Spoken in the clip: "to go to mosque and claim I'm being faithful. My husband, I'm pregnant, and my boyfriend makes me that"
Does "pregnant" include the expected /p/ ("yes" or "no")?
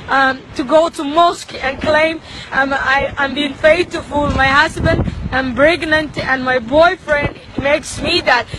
no